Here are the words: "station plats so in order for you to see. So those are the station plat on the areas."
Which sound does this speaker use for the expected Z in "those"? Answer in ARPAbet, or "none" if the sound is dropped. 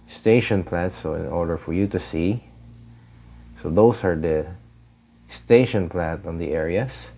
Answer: S